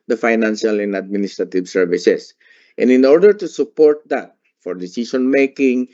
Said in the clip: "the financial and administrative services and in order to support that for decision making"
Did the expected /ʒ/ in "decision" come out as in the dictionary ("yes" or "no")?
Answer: no